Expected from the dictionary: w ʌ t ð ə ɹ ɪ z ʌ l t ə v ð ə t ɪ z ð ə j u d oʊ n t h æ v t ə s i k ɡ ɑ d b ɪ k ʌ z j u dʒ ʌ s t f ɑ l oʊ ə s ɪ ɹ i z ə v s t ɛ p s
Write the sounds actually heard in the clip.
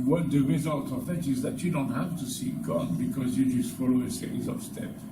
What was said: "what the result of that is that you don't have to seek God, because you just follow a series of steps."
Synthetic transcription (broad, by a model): w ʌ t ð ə ɹ ɪ z ʌ l t ə v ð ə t ɪ z ð ə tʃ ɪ d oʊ n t h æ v t ə s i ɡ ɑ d b ɪ k ʌ z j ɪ dʒ ʌ s t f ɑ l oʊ ə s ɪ i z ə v s t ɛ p